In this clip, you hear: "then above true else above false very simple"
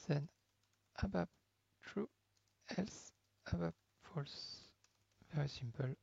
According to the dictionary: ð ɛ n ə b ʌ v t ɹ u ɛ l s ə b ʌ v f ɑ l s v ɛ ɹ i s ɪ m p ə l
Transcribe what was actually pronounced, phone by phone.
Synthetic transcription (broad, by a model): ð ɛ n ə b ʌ b t ɹ u ɛ l s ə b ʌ b f ɑ l s v ɛ ɹ i s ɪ m p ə l